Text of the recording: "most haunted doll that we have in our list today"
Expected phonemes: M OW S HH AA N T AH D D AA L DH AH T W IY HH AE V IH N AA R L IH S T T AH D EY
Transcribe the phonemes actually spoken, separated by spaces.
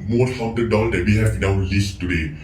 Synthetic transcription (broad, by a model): M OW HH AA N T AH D D AA L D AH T W IY HH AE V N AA W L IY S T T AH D EY